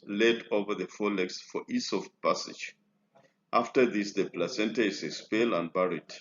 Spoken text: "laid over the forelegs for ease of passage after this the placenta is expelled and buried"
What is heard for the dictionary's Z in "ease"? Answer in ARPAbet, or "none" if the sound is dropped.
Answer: S